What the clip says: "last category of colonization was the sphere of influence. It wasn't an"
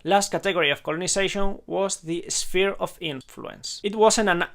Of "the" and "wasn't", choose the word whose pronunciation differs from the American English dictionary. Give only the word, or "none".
wasn't